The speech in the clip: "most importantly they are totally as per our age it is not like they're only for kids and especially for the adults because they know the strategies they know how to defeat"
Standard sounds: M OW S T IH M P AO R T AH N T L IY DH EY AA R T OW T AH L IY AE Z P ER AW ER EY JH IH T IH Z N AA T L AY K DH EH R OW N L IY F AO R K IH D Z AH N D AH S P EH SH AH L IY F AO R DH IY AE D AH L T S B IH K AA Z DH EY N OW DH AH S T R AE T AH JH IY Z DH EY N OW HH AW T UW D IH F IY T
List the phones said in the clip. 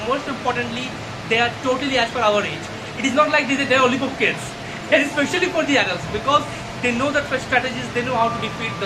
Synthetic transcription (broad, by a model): M OW S T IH M P AO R T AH N T L IY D EY AA R T OW T AH L IY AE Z F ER AW ER EY JH IH T IH Z N AA T L AY K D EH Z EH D L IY P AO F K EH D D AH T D AH S P EH SH AH L IY F AO R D IY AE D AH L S B IH K AA Z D EY N OW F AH S T R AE T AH JH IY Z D EY N OW HH AW T UW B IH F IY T